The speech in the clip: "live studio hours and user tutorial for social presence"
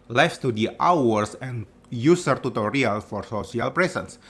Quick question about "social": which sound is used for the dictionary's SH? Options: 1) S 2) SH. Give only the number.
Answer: 1